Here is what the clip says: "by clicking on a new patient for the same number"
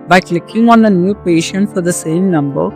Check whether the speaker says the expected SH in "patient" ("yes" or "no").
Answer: yes